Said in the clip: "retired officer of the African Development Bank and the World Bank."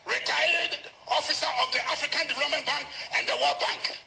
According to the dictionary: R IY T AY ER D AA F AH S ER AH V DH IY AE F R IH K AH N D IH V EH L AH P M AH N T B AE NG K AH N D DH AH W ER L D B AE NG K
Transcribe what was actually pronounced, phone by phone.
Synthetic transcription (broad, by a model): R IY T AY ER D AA F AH S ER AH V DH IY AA F R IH K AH N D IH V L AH M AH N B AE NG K AH N D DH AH W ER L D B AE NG K